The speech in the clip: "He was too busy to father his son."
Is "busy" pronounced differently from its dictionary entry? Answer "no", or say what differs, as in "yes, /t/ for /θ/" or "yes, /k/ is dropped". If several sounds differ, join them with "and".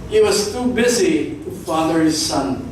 no